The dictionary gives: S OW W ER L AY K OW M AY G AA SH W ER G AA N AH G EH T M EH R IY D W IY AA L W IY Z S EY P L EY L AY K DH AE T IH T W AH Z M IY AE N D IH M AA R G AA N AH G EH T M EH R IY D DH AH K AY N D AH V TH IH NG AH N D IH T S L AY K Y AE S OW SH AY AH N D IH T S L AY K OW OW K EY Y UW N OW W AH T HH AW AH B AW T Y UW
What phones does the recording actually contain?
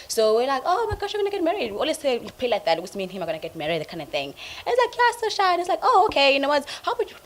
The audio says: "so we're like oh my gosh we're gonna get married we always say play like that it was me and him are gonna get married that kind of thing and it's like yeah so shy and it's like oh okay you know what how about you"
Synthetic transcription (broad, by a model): S OW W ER L AY K OW M AY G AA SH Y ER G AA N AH G EH T M EH R IY D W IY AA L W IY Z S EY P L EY L AY K DH AE T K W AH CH M IY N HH IH M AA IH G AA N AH G EH T M EH R IY D DH AH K AY N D AH V TH IH NG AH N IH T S L AY K Y AE S OW SH AY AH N IH T S L AY K OW OW K EY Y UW N OW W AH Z HH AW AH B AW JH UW